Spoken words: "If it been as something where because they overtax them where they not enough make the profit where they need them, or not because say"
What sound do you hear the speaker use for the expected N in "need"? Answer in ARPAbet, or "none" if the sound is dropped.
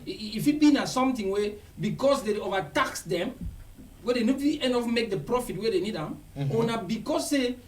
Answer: N